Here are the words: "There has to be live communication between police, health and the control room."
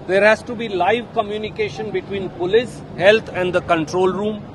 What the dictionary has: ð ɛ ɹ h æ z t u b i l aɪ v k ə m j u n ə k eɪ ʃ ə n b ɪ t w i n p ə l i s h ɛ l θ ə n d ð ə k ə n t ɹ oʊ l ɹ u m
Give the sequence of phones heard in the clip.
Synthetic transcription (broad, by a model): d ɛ ɹ h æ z t u b i l aɪ v k ə m j u n ə k eɪ ʃ ə n b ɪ t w i n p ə l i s h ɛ l t ə n d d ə k ə n t ɹ oʊ l ɹ u m